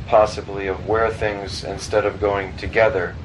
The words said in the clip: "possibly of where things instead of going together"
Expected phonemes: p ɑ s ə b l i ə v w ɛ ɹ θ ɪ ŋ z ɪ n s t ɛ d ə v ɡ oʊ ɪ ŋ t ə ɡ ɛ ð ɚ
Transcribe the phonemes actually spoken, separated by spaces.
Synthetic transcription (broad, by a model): p ɑ s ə b l i ə v w ɛ ɹ θ ɪ ŋ z ɪ n s t ɛ d ə v ɡ oʊ ɪ ŋ t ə ɡ ɛ ð ɚ